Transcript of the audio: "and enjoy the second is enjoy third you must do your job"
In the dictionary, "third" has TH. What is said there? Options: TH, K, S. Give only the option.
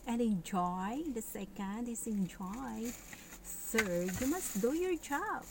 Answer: S